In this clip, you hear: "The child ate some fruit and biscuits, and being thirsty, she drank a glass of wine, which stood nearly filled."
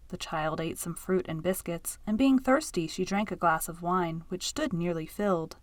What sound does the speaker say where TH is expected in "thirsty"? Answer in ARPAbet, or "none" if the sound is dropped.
TH